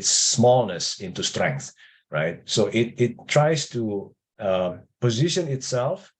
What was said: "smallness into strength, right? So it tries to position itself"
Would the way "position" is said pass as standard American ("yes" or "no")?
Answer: yes